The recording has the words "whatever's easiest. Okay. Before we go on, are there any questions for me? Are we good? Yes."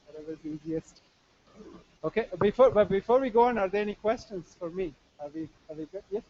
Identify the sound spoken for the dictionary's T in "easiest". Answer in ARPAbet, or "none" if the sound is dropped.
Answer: T